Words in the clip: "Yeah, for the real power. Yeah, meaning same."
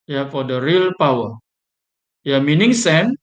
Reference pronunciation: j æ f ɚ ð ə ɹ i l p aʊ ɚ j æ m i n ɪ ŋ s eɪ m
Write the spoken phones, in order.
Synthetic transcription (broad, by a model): j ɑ f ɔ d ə ɹ i l p aʊ ɚ j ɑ m i n ɪ ŋ s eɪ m